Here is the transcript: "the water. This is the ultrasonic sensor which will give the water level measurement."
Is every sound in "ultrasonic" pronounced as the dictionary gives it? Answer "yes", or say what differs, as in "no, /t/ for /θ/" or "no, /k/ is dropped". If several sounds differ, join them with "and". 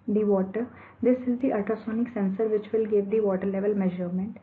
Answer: no, /l/ is dropped